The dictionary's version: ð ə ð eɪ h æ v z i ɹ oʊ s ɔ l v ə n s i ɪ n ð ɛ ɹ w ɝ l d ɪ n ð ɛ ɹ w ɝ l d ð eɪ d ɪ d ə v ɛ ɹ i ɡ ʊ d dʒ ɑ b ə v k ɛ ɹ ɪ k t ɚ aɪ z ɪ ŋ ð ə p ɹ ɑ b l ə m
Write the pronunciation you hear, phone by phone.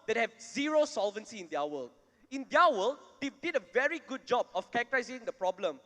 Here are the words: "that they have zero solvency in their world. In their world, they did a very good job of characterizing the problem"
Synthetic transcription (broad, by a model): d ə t h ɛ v z i ɹ oʊ s ɔ l v ə n s i ɪ n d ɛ w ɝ l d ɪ n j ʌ w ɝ l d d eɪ d ɪ d ə v ɛ ɹ i ɡ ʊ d dʒ ɑ b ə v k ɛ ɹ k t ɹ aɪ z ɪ ŋ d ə p ɹ ɑ b l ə m